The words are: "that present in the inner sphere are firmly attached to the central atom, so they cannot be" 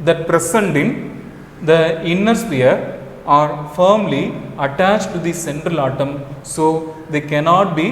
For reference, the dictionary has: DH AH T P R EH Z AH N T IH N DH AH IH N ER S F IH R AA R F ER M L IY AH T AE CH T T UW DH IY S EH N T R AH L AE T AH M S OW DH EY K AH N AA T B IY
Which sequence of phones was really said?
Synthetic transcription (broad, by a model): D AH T P R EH S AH N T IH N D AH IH N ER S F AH R AA R F ER M L IY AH T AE CH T T UW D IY S EH N T R AH L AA T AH M S OW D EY K AH N AA T B IY